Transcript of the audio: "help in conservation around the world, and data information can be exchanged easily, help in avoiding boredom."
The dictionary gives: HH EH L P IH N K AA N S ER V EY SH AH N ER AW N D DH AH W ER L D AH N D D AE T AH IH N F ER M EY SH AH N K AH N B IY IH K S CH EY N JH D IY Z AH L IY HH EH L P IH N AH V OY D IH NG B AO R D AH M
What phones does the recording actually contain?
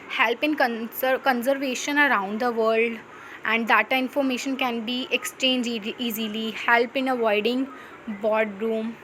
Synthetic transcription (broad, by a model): HH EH L P IH N K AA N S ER V EY SH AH N ER AW N D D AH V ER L D AH N D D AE T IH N F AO M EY SH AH N K AH N B IY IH K S CH EY N JH IY Z AH L IY HH EH L P IH N AH V OY D IH NG B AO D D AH M